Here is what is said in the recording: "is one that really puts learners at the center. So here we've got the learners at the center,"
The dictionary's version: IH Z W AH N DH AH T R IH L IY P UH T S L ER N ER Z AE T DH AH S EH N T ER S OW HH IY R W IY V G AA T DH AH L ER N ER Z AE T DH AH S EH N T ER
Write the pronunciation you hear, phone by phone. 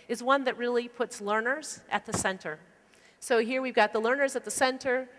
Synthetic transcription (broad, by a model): IH Z W AH N DH AH T R IH L IY P UH T S L ER N ER Z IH T DH AH S EH N T ER S OW HH IY R W IY V G AA T DH AH L ER N ER Z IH T DH AH S EH N T ER